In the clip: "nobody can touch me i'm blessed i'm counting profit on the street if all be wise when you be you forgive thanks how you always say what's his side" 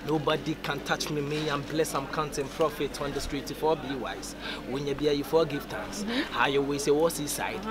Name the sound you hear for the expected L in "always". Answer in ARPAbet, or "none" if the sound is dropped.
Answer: none